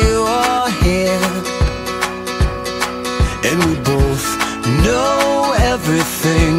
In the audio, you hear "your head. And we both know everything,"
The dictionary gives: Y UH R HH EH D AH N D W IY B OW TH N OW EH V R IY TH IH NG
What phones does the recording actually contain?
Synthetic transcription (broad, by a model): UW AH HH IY AH N W IY B OW TH N OW EH V R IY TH IH NG